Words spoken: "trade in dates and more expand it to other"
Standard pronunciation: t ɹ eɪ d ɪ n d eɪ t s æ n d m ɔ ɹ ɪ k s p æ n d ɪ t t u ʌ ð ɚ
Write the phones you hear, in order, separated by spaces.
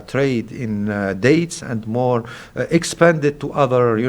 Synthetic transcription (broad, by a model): t ɹ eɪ d ɪ n d eɪ t s æ n d m ɔ ɹ ɪ k s p æ n d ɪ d t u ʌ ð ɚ